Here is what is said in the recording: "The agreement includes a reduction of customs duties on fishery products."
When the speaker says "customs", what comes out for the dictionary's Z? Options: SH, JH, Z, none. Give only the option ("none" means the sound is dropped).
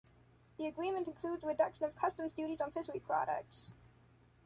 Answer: Z